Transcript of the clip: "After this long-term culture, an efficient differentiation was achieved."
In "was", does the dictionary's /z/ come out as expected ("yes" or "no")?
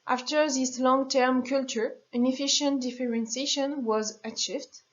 yes